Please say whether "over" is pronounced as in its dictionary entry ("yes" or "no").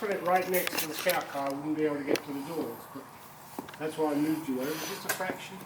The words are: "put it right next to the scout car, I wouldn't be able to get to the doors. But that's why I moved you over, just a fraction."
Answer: no